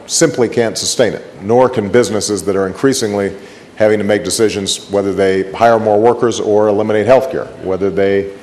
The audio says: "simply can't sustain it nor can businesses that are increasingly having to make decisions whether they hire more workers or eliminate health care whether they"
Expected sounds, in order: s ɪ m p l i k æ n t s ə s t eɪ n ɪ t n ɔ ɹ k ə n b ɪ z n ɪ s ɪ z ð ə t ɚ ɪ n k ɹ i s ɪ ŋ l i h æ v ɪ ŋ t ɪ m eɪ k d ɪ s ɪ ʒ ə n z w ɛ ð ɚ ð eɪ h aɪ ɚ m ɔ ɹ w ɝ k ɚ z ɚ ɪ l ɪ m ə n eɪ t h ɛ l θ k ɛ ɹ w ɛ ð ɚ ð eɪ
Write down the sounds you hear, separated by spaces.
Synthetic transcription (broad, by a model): s ɪ m p l i k æ n t s ə s t eɪ n ɪ t n ɔ ɹ k ə n b ɪ z n ɪ s ɪ z ð ə t ɚ ɪ n k ɹ i s ɪ ŋ l i h æ v ɪ ŋ t ɪ m eɪ k d ɪ s ɪ ʒ ə n z w ɛ ð ɚ ð eɪ h aɪ ɚ m ɔ ɹ w ɝ k ɚ z ɚ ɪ l ɪ m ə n eɪ t h ɛ l θ k ɛ ɹ w ɛ ð ɚ ð eɪ